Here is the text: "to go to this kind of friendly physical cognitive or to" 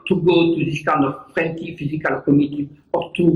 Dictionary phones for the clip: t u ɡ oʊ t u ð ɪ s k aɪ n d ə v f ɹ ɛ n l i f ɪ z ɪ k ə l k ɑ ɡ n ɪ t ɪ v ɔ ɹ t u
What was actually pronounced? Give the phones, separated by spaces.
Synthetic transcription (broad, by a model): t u ɡ oʊ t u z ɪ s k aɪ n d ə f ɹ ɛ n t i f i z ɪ k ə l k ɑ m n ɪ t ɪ p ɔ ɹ t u